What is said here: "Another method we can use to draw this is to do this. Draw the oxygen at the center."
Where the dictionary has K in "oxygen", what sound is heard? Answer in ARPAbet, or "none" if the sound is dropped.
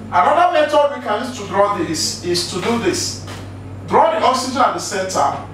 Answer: none